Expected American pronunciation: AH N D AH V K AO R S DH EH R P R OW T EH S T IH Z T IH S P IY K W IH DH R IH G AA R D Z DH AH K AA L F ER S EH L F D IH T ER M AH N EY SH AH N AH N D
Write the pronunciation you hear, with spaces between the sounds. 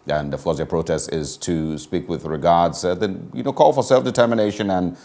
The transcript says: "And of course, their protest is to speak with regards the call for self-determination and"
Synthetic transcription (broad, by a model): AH N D AH V K AO R S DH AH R P R OW T EH S T IH Z T IH S P IY K W IH DH R IH G AA R D Z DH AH K AA L F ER S EH L F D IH T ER M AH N EY SH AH N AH N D